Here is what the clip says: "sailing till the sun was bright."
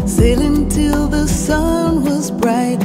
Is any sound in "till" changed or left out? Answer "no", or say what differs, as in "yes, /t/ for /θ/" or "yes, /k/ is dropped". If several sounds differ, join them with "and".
no